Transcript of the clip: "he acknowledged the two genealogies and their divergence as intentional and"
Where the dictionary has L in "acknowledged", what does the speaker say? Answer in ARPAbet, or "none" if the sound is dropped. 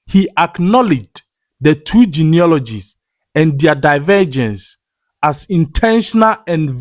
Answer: L